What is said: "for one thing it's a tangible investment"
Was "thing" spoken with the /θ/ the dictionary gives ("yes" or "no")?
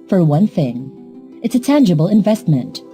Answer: yes